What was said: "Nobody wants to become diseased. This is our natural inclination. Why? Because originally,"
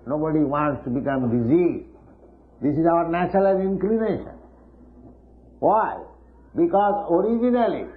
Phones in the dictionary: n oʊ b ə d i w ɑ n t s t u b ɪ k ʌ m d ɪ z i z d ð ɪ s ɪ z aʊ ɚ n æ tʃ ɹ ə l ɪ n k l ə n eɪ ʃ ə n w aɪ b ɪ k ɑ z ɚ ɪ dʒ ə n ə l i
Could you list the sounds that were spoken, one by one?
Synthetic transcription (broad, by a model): n oʊ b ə d i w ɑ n t s t u b ɪ k ʌ m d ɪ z i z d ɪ s ɪ z aʊ ɚ n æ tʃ l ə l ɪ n k l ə n eɪ ʃ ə n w aɪ b ɪ k ɑ z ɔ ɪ dʒ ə n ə l i